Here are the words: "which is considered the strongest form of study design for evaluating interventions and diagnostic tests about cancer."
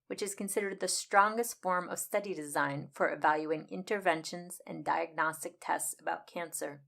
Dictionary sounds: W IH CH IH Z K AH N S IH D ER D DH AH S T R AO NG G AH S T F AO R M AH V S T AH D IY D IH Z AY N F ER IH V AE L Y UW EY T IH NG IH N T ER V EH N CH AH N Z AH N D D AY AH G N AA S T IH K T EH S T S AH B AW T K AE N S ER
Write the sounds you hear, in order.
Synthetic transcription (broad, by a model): W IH CH IH Z K AH N S IH D ER D DH AH S T R AO NG G AH S T F AO R M AH V S T AH D IY D IH Z AY N F ER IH V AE L Y UW IH NG IH N T ER V EH N SH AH N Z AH N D D AY AH G N AA S T IH K T EH S T S AH B AW T K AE N S ER